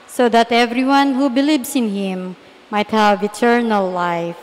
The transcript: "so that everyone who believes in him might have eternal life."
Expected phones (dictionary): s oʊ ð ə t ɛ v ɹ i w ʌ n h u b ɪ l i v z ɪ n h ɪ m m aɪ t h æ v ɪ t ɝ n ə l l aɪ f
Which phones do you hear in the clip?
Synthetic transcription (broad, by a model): s oʊ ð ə t ɛ v ɹ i w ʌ n h u b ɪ l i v s ɪ n h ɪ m m aɪ t h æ v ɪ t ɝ n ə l l aɪ f